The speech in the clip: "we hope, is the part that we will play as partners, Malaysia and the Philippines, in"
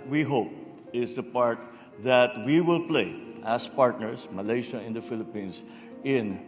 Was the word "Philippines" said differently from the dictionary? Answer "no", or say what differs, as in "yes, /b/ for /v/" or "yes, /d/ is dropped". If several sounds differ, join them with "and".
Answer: yes, /s/ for /z/